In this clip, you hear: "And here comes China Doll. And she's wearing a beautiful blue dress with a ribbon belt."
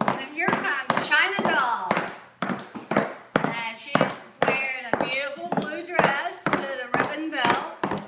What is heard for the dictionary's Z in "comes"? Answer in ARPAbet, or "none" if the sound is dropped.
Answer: none